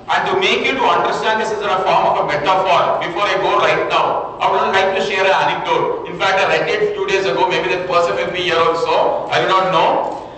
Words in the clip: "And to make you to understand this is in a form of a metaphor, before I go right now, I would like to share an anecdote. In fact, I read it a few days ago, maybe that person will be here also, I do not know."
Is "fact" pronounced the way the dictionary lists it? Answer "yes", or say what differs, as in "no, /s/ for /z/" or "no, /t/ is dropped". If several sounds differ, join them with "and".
yes